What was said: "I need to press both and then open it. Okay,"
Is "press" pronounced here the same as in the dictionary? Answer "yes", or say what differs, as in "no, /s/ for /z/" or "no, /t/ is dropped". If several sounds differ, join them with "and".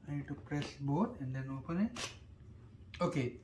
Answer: yes